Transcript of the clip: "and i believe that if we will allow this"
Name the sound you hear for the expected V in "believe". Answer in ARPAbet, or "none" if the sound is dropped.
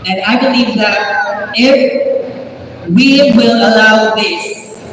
V